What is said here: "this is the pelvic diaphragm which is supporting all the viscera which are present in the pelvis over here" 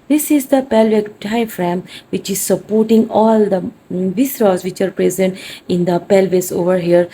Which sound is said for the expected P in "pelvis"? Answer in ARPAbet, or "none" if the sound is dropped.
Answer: P